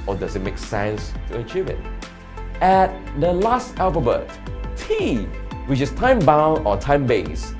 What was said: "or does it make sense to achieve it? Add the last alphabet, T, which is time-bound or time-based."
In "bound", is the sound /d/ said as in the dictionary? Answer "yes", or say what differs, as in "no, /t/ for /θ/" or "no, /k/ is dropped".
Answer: no, /d/ is dropped